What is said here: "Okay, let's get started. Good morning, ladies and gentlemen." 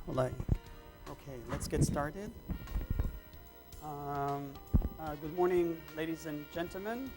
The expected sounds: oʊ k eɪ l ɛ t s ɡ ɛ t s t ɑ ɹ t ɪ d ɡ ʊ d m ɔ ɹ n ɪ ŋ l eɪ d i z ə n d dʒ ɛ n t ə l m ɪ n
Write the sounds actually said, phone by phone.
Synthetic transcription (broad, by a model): oʊ k eɪ l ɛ t s ɡ ɛ t s t ɑ ɹ t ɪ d ɡ ʊ d m ɔ ɹ n ɪ ŋ l eɪ d i z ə n dʒ ɛ n t l m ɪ n